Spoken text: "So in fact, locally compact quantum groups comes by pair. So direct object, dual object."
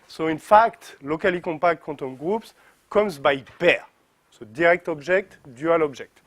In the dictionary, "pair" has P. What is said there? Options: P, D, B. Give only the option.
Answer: B